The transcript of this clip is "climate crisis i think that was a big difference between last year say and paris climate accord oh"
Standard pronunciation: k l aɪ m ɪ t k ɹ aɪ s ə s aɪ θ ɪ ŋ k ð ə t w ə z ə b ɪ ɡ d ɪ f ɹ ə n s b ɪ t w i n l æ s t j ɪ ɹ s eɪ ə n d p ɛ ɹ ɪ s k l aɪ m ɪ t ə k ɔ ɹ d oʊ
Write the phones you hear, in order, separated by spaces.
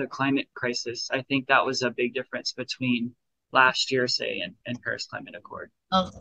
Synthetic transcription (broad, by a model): k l aɪ m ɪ t k ɹ aɪ s ə s aɪ θ ɪ ŋ k ð ə t w ə z ə b ɪ ɡ d ɪ f ɹ ə n s b ɪ t w i n l æ s t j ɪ ɹ s eɪ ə n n p ɛ ɹ ɪ s k l aɪ m ɪ t ə k ɔ ɹ d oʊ